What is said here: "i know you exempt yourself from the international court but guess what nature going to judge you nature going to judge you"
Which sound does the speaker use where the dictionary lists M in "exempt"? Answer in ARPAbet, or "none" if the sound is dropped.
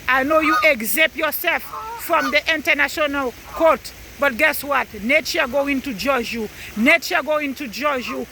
none